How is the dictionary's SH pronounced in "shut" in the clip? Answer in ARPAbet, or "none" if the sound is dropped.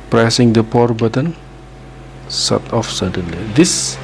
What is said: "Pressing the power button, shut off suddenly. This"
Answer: S